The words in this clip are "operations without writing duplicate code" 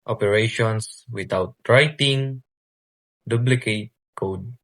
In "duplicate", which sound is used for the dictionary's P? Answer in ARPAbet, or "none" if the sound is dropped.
B